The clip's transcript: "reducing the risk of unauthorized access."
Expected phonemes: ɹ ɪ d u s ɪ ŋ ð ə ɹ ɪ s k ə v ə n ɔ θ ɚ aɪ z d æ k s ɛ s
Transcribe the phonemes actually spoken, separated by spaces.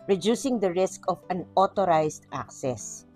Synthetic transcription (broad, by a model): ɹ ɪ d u s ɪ ŋ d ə ɹ ɪ s k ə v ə n ɔ t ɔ aɪ s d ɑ k s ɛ s